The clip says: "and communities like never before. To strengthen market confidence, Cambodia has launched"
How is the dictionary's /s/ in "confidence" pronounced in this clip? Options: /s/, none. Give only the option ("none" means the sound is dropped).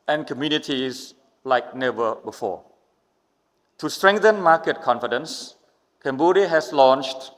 /s/